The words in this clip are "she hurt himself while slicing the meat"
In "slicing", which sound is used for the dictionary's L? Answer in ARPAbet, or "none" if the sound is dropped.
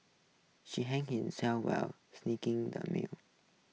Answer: N